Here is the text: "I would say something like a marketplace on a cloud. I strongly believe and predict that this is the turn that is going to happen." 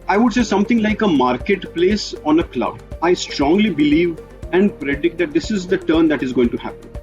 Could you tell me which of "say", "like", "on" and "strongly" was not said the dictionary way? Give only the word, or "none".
none